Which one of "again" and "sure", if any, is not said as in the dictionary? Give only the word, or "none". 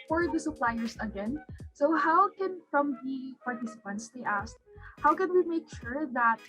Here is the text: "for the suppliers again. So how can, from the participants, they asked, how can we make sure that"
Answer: none